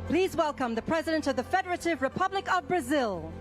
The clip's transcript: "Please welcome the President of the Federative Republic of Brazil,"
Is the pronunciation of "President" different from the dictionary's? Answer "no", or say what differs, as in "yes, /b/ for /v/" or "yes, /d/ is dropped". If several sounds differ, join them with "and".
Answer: no